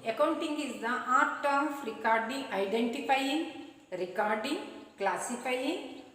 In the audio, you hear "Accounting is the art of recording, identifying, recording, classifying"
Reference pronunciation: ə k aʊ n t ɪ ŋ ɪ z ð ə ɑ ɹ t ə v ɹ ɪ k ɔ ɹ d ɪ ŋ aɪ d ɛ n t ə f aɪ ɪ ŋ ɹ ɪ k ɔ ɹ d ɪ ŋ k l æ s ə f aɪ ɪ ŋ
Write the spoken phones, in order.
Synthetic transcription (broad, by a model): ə k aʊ n t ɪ ŋ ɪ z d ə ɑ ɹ t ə f ɹ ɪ k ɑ ɹ d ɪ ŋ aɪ d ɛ n t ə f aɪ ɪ ŋ ɹ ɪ k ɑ ɹ d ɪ ŋ k l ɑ s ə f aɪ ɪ ŋ